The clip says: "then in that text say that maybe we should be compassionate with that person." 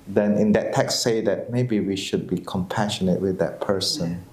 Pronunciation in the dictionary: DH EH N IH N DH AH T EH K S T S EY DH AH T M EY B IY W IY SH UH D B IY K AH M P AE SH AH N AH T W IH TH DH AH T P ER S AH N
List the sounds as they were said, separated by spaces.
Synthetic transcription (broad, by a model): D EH N IH N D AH T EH K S S EY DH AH T M EY B IY W IY SH UH D B IY K AH M P AE SH AH N AH T W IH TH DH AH T P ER S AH N